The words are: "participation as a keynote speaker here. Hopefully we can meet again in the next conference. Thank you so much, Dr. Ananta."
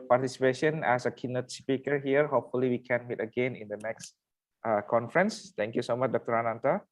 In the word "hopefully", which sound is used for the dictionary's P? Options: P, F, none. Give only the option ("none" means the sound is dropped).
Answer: P